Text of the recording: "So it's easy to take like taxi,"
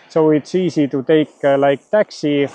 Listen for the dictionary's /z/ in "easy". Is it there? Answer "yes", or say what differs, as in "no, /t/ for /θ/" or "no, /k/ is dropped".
no, /s/ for /z/